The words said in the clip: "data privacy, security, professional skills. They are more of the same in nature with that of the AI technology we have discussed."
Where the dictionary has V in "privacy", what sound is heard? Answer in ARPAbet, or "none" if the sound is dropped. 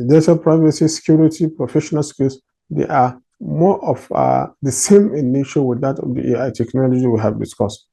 V